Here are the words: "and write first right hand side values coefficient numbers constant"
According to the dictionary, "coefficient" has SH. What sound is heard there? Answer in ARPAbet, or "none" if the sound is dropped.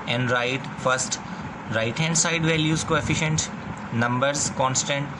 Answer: SH